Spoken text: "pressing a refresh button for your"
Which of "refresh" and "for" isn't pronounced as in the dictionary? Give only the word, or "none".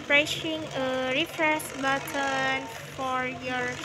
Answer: refresh